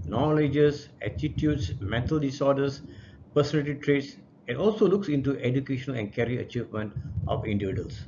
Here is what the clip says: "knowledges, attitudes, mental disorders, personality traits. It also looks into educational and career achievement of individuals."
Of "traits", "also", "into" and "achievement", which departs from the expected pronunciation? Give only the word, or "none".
none